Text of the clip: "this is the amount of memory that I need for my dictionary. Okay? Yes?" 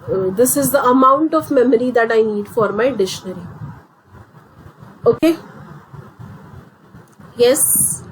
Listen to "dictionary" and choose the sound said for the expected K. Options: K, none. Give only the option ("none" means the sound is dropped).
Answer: none